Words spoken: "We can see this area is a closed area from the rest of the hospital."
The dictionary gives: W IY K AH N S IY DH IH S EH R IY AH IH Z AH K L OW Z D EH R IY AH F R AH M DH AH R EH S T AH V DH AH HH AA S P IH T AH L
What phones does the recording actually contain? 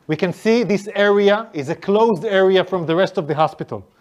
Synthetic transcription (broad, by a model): W IY K AH N S IY DH IH S EH R IY AH IH Z AH K L OW Z D EH R IY AH F R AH M DH AH R EH S T AH V DH AH HH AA S P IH T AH L